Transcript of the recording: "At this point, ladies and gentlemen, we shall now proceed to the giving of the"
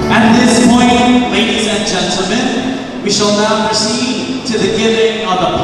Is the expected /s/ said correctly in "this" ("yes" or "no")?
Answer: yes